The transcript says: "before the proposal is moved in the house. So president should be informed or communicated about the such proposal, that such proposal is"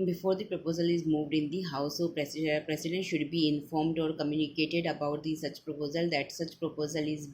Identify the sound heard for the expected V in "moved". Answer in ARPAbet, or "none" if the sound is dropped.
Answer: V